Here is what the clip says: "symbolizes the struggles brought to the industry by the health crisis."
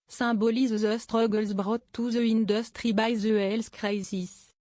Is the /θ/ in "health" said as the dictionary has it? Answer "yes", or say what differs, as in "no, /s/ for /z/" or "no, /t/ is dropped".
no, /s/ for /θ/